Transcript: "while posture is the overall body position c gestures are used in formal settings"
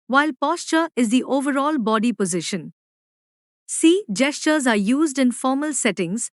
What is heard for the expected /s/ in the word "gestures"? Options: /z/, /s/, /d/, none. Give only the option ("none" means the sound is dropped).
/s/